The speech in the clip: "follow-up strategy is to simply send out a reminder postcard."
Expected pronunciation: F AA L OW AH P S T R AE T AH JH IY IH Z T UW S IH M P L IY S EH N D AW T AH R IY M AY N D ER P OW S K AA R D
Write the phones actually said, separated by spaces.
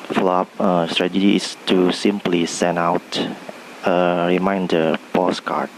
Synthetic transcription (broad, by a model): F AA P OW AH S T R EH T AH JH IY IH S T UW S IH M P L IY S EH N AW T AH R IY M AY N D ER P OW S K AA R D